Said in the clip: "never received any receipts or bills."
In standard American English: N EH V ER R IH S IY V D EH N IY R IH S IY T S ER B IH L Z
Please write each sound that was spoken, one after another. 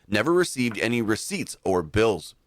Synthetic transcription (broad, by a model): N EH V ER R IH S IY V D EH N IY R IH S IY T S ER B IH L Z